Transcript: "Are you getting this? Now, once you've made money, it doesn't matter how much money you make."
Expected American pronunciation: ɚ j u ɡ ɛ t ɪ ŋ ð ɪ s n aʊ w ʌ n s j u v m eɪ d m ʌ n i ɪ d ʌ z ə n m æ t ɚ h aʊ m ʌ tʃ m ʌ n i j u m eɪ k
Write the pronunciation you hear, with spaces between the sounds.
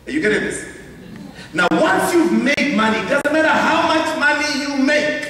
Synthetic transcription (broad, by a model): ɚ j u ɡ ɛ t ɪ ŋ ð ɪ s n aʊ w ʌ n s j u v m eɪ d m ʌ n i d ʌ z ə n m æ t ɚ h aʊ m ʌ tʃ m ʌ n i j u m eɪ k